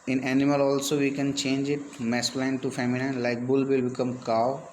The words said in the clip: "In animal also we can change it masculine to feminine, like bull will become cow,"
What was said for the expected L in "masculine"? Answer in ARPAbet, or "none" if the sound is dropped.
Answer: none